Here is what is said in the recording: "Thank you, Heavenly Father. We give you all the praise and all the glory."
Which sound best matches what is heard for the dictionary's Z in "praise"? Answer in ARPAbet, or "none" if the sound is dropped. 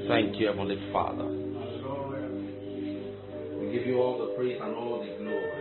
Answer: S